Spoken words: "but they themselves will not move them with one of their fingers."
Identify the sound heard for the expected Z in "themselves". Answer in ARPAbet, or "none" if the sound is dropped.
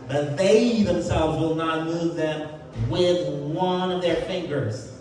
Z